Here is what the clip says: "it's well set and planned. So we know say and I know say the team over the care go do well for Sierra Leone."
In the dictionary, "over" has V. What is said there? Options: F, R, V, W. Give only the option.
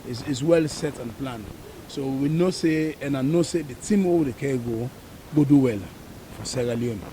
W